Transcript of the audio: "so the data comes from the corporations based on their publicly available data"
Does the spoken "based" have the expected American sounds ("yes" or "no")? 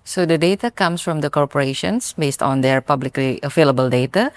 yes